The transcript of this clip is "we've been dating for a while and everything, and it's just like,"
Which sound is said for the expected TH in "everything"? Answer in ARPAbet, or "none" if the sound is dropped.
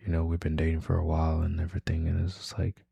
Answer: TH